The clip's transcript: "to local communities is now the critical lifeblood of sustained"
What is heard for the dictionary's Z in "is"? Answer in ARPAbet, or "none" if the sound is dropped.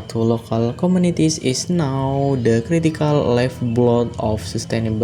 S